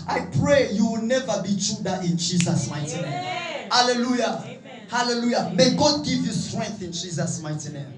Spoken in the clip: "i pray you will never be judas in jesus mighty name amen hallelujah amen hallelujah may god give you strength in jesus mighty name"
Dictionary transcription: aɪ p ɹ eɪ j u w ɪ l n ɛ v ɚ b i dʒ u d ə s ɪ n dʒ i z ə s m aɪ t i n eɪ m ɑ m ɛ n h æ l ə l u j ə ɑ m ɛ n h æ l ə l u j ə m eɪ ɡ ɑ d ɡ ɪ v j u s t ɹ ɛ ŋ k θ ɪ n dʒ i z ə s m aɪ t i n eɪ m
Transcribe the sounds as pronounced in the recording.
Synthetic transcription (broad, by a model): aɪ p ɹ eɪ j u w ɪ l n ɛ v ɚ b i tʃ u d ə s ɪ n dʒ i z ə s m aɪ t i n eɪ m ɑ m h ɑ l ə l u j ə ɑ h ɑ l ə l u j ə m eɪ ɡ ɑ d ɡ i v j u s t ɹ ɛ ŋ k θ ɪ n dʒ i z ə s m aɪ t i n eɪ m